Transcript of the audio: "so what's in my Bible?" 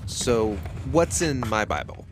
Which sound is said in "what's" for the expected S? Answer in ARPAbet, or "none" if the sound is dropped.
S